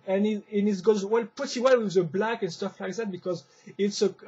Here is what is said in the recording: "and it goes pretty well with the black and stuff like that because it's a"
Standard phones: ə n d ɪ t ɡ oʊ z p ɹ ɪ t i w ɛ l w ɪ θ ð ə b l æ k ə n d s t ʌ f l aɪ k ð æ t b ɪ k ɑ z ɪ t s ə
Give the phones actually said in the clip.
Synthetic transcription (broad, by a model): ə n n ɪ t ɡ oʊ z p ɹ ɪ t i w ɛ l w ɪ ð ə b l æ k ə n s t ʌ f l aɪ k ð æ t b ɪ k ɑ z ɪ t s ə